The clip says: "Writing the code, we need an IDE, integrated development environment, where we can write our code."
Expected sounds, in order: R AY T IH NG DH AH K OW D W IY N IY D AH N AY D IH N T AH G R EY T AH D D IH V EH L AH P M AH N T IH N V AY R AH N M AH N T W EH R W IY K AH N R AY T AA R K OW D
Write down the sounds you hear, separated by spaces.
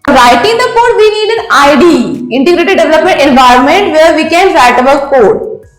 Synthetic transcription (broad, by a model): R AY T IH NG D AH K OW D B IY N IY D AH N AY D IH N T AH G R EY T AH D D IH V EH L AH P M AH N T IH N V AY R AH N M AH N T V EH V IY K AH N R AY T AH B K OW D